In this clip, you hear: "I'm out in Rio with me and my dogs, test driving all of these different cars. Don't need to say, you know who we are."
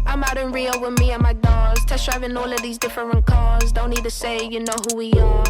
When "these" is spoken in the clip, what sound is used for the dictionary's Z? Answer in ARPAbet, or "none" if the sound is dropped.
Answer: Z